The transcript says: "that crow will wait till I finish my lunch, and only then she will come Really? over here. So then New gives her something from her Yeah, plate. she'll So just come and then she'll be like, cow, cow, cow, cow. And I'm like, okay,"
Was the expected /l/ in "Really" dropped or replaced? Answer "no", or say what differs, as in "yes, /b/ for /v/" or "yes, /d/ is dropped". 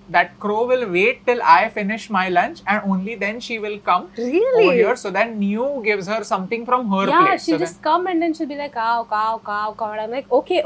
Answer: yes, /l/ is dropped